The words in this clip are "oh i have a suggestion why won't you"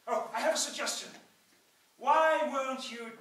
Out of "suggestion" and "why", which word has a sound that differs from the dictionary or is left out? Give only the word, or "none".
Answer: none